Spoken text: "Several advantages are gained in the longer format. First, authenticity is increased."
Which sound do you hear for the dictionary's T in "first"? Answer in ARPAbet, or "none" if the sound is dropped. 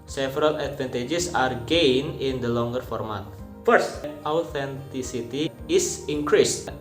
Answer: T